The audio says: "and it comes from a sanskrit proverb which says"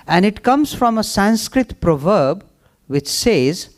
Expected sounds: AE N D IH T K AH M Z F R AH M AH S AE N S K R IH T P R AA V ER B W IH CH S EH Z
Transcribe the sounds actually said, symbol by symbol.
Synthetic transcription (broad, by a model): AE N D IH T K AH M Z F R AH M AH S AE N S K R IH T P R AA V ER B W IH CH S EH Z